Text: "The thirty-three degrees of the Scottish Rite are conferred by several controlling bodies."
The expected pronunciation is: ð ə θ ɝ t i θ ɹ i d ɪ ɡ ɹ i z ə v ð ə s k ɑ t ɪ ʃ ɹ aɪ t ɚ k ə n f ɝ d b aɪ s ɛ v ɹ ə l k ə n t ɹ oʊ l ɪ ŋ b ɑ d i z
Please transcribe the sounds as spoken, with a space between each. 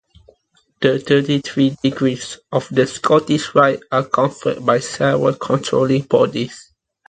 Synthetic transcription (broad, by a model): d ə t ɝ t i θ ɹ i d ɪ ɡ ɹ i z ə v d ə s k ɑ t ɪ ʃ ɹ aɪ t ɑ k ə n f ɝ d b aɪ s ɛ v ə k ə n t ɹ oʊ l ɪ ŋ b ɑ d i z